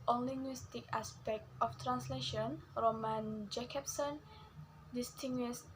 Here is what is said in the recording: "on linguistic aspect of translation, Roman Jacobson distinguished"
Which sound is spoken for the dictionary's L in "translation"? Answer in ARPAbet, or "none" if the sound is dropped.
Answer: L